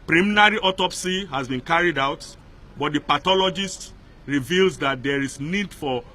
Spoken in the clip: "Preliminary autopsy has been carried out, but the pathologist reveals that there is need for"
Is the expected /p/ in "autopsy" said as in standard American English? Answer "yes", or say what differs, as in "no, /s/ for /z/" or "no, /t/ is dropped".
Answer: yes